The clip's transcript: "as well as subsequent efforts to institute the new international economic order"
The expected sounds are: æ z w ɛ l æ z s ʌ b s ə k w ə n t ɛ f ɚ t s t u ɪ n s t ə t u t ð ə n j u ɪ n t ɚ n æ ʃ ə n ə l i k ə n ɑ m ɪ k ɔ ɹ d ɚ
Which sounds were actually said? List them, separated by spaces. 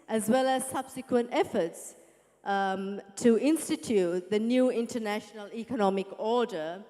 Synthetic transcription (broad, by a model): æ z w ɛ l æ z s ʌ b s ə k w ə n t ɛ f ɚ t s t u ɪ n s t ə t u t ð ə n j u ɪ n t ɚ n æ ʃ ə n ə l i k ə n ɑ m ɪ k ɔ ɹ d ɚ